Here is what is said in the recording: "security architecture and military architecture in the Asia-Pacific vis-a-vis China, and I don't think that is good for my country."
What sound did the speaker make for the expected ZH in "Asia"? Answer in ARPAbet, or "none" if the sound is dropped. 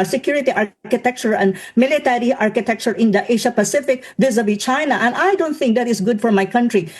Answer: SH